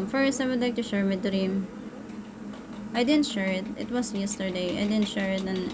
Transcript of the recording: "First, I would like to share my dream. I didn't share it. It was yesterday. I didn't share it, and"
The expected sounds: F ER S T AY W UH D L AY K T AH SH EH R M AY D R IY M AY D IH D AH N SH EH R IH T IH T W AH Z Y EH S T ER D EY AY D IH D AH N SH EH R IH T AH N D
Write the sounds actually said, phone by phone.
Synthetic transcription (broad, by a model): F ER S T AY W UH D L AY K T AH SH EH R M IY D R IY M AY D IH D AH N SH EH R IH T IH T W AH S Y EH S T ER D EY AY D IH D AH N SH EH R IH T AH N